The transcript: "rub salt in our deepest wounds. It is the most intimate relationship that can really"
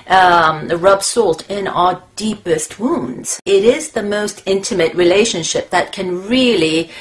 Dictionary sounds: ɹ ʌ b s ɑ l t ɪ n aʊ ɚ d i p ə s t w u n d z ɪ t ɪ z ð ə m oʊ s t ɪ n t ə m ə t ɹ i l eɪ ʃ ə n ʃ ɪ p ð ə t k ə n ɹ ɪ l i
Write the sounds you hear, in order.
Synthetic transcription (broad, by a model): ɹ ʌ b s ɑ l t ɪ n aʊ ɚ d i p ə s t w u n d z ɪ t ɪ z ð ə m oʊ s t ɪ n t ə m ə t ɹ i l eɪ ʃ ə n ʃ ɪ p ð ə t k ə n ɹ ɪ l i